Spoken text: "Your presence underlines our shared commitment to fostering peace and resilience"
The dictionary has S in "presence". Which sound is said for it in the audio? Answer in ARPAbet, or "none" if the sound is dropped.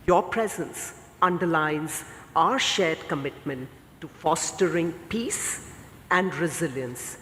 S